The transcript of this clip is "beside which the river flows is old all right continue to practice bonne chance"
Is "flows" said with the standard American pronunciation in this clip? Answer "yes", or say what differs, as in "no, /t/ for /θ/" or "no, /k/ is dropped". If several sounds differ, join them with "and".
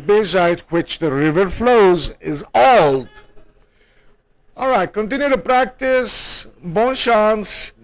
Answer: yes